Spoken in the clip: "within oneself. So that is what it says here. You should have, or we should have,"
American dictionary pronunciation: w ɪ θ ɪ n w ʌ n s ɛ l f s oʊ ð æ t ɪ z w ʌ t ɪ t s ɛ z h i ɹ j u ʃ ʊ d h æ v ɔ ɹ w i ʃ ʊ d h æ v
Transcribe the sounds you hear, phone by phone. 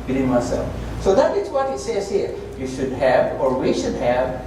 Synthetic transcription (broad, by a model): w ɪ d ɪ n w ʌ s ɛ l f s oʊ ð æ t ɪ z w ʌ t ɪ t s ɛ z h i ɹ j u ʃ ʊ d h æ v ɔ ɹ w i ʃ ʊ d h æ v